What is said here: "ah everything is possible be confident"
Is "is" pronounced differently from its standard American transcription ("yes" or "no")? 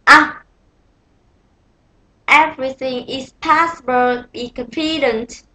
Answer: yes